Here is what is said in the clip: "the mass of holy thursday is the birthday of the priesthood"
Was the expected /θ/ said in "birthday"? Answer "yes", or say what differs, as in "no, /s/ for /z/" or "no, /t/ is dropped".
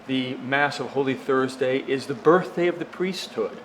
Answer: yes